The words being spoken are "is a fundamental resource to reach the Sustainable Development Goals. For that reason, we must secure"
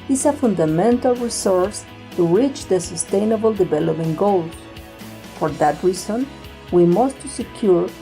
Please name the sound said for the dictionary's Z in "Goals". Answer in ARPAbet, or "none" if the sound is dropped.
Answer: none